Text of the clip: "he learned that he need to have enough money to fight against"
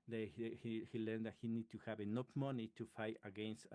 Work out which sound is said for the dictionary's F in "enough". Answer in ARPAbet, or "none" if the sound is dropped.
P